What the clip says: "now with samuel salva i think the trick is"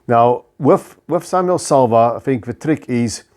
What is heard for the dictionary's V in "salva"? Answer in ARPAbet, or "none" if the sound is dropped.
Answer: V